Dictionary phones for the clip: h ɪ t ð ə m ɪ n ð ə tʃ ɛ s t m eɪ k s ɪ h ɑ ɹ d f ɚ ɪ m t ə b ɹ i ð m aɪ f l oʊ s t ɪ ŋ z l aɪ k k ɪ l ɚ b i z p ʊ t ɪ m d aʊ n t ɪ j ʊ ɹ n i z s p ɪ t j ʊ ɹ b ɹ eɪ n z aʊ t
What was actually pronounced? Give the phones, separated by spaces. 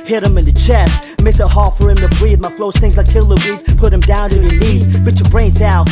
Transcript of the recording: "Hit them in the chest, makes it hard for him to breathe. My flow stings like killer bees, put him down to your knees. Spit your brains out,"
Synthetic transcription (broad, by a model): h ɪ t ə m ɪ n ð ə tʃ ɛ s t m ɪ s ɪ h ɑ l f ɚ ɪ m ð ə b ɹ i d m aɪ f l oʊ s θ ɪ ŋ z l aɪ k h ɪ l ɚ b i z p ʊ t ɪ m d aʊ n t ɪ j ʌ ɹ n i z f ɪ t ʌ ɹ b ɹ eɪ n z aʊ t